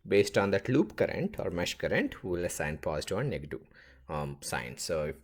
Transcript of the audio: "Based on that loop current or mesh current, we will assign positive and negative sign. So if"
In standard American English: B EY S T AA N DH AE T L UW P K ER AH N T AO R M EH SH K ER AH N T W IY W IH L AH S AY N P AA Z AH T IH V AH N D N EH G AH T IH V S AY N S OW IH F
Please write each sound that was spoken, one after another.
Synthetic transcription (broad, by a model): B EY S T AA N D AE T L UW P K ER AH N T AO R M EH SH K ER AH N T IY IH L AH S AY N P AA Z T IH AH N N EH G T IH S AY N S OW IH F